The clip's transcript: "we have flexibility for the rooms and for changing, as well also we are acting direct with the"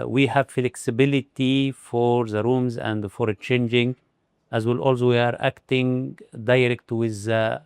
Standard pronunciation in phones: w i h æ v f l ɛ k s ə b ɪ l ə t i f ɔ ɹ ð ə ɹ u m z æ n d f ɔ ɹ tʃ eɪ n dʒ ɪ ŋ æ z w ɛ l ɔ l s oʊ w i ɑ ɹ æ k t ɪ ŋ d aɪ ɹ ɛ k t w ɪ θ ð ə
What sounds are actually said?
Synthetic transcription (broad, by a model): w i h æ v f l ɛ k s ə b ɪ l ə t i f ɔ ɹ ð ə ɹ u m z æ n d f ɔ ɹ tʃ eɪ n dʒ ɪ ŋ æ z w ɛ l ɔ l s oʊ w i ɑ ɹ æ k t ɪ ŋ d aɪ ɹ ɛ k t w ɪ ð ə